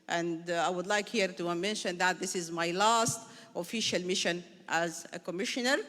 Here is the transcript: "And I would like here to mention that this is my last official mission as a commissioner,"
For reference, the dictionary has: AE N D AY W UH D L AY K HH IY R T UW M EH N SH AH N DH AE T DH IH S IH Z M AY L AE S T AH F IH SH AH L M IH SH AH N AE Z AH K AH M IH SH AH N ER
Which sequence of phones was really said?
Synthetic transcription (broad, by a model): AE N D AY W UH D L AY K HH IY R T UW M EH N SH AH N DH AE T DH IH S IH Z M AY L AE S T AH F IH SH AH L M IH SH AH N AE Z AH K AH M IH SH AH N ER